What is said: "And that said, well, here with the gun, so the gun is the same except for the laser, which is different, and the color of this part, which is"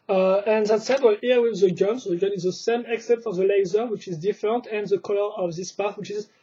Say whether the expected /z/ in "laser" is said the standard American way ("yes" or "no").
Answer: yes